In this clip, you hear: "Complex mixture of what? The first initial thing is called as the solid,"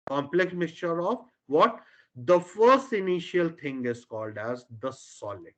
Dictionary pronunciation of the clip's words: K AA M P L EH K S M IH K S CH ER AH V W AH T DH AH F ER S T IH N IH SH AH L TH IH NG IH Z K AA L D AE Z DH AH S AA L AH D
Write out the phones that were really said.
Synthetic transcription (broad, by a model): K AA M P L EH K S M IH K S CH ER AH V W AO T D AH F ER S T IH N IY SH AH L T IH NG IH Z K AA L D AE Z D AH S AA L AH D